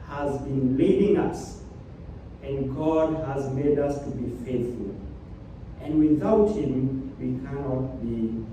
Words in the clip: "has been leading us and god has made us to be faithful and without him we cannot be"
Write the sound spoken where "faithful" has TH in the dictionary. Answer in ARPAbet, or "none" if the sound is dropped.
TH